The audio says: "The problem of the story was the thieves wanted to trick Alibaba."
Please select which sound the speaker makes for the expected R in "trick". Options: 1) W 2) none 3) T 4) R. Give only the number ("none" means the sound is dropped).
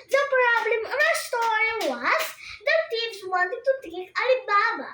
2